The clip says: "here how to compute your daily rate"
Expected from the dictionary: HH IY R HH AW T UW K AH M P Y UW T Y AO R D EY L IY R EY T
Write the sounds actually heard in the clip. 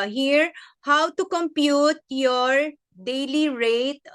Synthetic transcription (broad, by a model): HH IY R HH AW T UW K AH M P Y UW T Y AO R D EY L IY R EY T